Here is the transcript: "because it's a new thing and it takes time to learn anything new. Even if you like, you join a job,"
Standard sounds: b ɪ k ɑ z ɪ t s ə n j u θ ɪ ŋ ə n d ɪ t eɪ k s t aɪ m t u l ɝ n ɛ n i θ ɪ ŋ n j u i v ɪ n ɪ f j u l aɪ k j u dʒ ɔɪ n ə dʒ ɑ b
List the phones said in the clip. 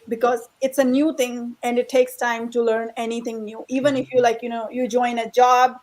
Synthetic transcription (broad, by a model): b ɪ k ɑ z ɪ t s ə n j u t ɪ ŋ ə n d ɪ t eɪ k s t aɪ m t u l ɝ n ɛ n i t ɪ ŋ n j u i v ɪ n ɪ f j u l aɪ k j u dʒ ɔɪ n ə dʒ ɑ b